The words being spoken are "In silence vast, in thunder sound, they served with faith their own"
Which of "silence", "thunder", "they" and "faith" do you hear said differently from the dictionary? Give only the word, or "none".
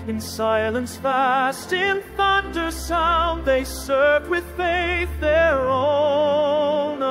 none